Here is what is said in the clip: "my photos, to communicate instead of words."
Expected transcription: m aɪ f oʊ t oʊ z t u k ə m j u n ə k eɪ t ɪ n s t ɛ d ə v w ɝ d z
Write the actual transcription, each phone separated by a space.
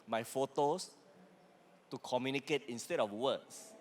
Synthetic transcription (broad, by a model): m aɪ f oʊ t oʊ s t u k ə m j u n ə k eɪ t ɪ n s t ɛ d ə f w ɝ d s